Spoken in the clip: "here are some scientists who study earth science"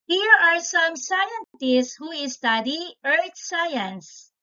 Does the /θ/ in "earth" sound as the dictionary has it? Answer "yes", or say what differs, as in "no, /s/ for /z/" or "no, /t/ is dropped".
no, /t/ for /θ/